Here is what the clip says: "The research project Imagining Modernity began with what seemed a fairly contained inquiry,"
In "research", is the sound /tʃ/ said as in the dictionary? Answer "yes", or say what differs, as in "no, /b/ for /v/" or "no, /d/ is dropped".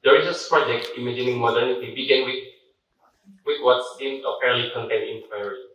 no, /s/ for /tʃ/